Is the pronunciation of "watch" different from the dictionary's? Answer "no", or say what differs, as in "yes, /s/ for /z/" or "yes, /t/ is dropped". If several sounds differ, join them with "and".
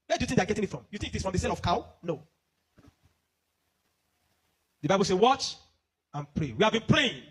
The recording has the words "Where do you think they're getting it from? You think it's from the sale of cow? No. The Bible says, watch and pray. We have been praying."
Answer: no